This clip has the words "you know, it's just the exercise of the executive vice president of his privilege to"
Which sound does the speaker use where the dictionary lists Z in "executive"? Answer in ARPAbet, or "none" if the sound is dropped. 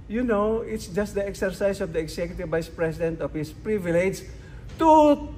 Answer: S